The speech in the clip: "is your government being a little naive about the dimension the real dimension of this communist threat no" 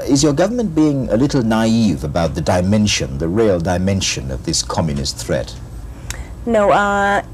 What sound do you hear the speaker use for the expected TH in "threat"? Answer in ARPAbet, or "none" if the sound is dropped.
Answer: TH